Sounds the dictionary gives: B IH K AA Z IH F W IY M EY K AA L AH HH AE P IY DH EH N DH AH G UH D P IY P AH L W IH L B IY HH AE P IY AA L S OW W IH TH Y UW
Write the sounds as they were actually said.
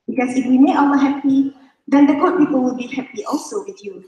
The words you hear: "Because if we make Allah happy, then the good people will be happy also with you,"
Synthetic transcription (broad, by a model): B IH K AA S IH F W IY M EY AA W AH HH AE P IY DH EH N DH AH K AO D P IY P AH L W IH L B IY HH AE P IY AA L S OW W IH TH Y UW